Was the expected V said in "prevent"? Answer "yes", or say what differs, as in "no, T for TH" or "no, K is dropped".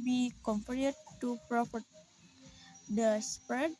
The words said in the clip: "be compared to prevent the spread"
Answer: no, P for V